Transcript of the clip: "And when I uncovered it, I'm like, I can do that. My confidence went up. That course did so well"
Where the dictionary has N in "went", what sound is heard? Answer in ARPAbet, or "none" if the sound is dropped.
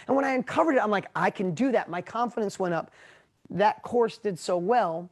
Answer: none